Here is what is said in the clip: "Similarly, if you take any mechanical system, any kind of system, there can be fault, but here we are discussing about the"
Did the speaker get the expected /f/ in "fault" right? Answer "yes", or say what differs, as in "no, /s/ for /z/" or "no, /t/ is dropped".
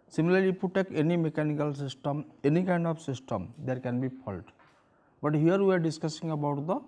no, /p/ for /f/